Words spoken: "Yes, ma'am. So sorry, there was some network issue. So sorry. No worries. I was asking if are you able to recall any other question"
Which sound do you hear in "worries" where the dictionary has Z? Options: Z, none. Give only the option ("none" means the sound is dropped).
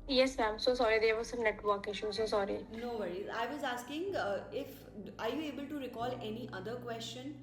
none